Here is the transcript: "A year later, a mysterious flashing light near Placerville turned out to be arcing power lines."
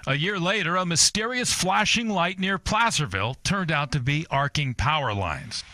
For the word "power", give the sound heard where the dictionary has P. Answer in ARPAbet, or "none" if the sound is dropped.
P